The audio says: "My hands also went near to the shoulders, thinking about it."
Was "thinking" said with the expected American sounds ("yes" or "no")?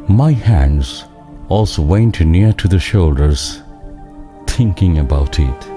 no